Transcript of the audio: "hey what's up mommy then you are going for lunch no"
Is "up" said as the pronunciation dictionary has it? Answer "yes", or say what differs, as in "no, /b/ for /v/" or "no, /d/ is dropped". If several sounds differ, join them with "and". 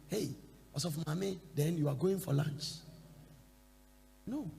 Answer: no, /f/ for /p/